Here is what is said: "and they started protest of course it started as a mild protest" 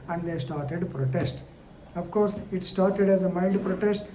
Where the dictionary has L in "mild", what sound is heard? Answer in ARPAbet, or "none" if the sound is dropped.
N